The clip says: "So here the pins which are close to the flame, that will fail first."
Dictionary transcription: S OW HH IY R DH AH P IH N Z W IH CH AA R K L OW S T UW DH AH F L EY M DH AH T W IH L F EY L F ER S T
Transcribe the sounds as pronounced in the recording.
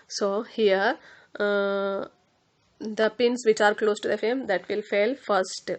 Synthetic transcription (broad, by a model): S OW HH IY R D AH P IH N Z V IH CH AA R K L OW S T UW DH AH F EY M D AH T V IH L F EY L F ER S T